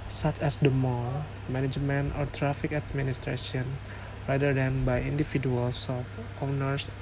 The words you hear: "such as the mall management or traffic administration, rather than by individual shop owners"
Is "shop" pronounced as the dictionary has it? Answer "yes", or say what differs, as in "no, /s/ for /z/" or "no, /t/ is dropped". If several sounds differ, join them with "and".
no, /s/ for /ʃ/